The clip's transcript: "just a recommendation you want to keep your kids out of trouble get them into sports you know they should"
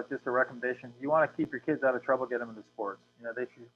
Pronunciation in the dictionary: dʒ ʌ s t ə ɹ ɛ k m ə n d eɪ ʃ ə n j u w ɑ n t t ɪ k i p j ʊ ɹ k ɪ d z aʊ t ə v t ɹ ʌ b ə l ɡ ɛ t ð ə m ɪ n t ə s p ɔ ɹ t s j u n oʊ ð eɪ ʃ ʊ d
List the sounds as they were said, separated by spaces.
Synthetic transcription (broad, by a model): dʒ ʌ s t ə ɹ ɛ k m ə n d eɪ ʃ ə n j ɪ w ɑ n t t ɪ k i p j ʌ ɹ k ɪ d z aʊ t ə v t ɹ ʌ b l ɡ ɛ t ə m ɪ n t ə s p ɔ ɹ t s j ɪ n oʊ ð eɪ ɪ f